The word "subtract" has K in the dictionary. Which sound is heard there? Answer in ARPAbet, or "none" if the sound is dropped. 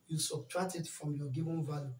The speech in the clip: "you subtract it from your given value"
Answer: none